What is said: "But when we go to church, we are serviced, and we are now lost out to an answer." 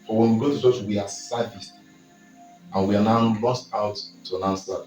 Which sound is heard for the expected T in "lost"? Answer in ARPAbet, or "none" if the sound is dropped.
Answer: T